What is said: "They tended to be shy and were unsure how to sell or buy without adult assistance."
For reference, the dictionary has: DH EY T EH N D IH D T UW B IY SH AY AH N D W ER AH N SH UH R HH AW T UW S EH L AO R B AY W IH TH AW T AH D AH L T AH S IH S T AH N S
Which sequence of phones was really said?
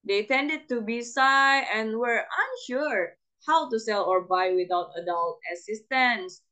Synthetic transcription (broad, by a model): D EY T EH N D IH D T UW B IY S AY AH N W ER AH N SH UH R HH AW T UW S EH L AO R B AY W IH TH AW T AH D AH L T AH S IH S T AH N S